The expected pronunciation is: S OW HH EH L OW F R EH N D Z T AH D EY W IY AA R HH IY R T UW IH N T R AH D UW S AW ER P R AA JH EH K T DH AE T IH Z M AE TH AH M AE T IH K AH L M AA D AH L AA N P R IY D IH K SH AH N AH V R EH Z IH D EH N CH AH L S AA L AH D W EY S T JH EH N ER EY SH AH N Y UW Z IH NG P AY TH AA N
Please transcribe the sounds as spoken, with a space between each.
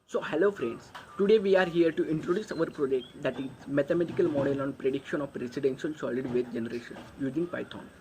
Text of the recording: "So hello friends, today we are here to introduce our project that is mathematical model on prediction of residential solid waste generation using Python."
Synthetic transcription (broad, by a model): S OW HH EH L OW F R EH N D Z T AH D EY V IY AA R HH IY R T UW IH N T R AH D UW S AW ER P R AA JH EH K T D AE T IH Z M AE T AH M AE T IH K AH L M AA D AH L AA N P R IY D IH K SH AH N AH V R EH S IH D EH N SH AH L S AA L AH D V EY T JH EH N ER EY SH AH N Y UW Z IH NG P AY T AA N